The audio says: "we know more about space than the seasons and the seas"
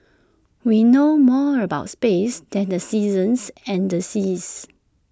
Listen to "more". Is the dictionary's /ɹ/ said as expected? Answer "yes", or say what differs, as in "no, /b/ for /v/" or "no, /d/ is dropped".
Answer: yes